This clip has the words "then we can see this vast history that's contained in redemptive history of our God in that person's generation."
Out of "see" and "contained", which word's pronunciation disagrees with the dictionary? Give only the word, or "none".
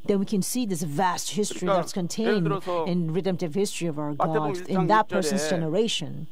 none